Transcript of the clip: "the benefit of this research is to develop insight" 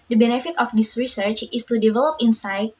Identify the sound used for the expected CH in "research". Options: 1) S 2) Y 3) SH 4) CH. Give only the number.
4